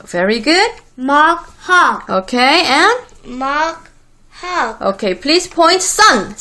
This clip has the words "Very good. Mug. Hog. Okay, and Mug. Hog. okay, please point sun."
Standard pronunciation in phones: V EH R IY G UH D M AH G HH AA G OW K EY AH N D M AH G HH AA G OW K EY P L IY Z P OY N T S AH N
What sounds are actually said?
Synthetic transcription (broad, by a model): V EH R IY G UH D M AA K HH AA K OW K EY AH N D M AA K HH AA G OW K EY P L IY S P OY N T S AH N